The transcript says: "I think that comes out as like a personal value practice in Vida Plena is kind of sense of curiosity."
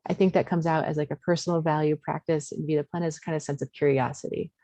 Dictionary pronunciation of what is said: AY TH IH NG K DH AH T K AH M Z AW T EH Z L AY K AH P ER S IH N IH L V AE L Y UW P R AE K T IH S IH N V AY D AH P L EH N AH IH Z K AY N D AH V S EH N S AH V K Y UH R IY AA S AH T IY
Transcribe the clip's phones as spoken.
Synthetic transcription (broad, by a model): AY TH IH NG K DH AH T K AH M Z AW T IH Z L AY K AH P ER S N L V AE L Y UW P R AE K T IH S IH N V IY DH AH P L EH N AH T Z K AY N D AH S EH N S AH V K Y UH R IY AA S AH T IY